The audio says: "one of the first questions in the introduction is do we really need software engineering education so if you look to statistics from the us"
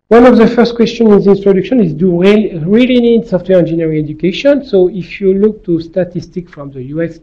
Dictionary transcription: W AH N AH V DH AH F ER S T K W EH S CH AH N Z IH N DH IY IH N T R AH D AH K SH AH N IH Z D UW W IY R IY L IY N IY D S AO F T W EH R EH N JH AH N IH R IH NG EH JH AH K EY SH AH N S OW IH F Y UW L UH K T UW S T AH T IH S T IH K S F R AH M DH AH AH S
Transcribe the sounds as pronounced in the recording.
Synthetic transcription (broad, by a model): W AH N AH V DH AH F ER S T K W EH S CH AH N IH N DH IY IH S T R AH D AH K SH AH N IH Z D UW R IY R IY L IY N IY D S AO F T W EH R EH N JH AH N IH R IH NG EH JH AH K EY SH AH N S OW IH F Y UW L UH K T UW S T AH T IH S T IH K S F R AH M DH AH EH S